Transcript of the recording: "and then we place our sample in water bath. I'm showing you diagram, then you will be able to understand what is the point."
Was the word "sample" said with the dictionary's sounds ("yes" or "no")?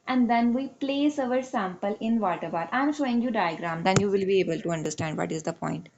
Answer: yes